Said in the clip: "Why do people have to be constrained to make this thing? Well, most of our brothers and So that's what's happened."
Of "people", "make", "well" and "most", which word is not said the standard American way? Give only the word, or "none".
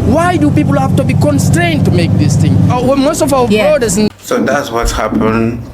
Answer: well